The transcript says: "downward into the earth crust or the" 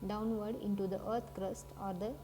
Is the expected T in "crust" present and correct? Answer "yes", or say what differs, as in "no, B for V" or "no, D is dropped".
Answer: yes